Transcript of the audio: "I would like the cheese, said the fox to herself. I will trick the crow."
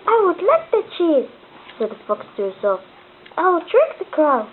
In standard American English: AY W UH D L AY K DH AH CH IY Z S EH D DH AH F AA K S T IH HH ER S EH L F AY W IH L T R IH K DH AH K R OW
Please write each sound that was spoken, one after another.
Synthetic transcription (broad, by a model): AY W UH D L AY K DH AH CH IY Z S EH D DH AH F AA K S T IH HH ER S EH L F AY W IH L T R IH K DH AH K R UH